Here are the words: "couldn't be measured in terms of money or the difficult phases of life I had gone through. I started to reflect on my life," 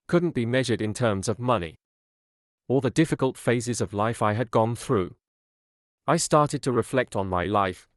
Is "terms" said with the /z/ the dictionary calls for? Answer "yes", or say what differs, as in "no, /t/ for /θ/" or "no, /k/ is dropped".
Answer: yes